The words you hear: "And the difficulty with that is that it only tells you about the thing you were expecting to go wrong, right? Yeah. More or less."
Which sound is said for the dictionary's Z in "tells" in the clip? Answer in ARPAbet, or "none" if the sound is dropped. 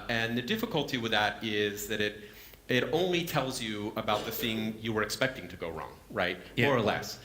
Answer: Z